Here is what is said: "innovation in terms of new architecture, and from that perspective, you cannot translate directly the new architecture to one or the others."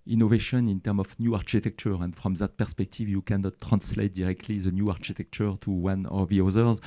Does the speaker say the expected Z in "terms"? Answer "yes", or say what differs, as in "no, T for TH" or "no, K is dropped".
no, Z is dropped